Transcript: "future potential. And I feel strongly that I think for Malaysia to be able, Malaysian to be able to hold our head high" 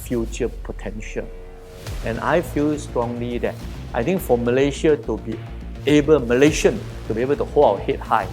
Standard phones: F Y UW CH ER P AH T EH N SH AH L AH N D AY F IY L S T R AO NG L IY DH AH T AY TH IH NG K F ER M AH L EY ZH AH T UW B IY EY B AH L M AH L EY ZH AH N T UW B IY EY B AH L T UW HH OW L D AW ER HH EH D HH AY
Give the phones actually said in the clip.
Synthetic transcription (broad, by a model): F Y UW CH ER P AH T EH N SH AH L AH N AY F IY L S T R AO NG L IY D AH T AY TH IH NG K F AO M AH L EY SH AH T UW B IY EY B AH L M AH L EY SH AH N T UW B IY EY B AH L T UW HH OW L AW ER HH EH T HH AY